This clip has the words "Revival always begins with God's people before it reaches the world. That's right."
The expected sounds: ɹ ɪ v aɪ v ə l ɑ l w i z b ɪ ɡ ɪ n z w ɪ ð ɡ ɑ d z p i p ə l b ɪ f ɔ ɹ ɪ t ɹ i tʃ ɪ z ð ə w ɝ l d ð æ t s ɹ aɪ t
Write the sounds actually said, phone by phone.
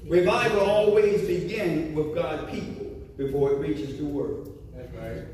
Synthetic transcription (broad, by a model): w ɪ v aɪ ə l ɑ l w i z b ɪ ɡ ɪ n w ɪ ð ɡ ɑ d p i p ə l b ɪ f ɔ ɹ ɪ t ɹ i tʃ ɪ z ð ə w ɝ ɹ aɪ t